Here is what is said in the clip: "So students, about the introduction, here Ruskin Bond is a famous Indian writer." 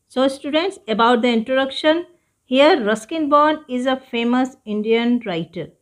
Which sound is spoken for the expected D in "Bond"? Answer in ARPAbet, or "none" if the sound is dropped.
none